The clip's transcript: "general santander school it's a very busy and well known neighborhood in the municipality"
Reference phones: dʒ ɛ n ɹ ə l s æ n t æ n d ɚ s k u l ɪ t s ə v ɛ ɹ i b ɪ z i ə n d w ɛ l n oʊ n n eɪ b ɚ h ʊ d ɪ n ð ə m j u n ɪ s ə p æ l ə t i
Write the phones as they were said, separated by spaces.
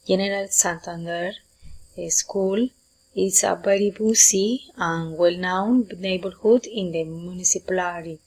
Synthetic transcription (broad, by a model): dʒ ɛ n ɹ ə l s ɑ n t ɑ n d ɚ s k u l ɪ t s ə b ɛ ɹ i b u s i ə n w ɛ l n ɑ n n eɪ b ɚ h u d ɪ n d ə m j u n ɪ s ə p l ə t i